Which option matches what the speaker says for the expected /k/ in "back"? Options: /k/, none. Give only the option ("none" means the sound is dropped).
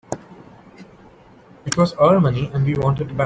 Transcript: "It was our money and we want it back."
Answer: none